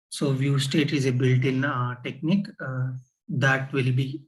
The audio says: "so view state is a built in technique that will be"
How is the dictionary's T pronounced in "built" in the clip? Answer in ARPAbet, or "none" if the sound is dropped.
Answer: T